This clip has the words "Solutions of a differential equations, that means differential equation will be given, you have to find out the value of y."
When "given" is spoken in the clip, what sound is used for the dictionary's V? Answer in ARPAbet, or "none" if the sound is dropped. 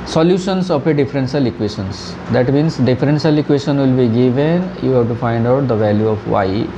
V